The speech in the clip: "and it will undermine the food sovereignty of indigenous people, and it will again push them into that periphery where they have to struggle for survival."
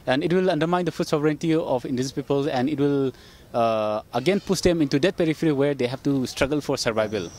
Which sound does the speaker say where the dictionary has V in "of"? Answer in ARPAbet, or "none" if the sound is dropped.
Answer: P